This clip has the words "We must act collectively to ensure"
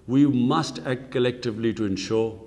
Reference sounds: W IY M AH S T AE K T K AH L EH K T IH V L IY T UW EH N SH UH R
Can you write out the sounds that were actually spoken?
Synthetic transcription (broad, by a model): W IY M AH S T AE K T K AH L EH K T IH V L IY T UW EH N SH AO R